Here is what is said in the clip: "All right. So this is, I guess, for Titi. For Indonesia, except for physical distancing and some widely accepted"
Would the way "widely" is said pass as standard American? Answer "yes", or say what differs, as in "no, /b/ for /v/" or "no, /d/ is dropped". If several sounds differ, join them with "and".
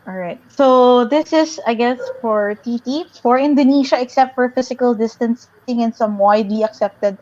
no, /w/ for /l/